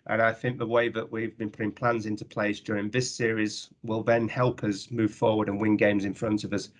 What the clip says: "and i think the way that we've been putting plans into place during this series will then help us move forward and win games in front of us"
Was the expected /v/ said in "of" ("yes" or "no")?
yes